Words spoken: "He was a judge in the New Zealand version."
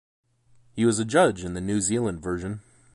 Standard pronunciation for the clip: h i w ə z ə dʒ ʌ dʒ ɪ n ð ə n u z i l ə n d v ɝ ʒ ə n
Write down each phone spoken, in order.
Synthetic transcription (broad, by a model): h i w ə z ə dʒ ʌ dʒ ɪ n ð ə n u z i l ə n d v ɝ ʒ ə n